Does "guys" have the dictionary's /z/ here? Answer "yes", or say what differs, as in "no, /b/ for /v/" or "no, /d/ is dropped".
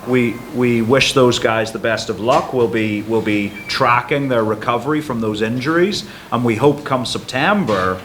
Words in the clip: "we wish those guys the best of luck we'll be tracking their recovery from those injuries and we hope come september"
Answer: yes